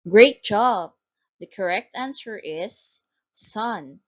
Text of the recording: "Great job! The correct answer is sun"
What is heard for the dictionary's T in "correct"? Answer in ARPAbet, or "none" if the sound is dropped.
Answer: T